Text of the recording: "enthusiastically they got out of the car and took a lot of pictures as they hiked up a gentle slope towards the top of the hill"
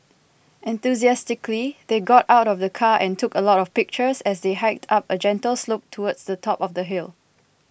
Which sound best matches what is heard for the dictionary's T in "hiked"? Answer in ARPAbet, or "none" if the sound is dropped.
T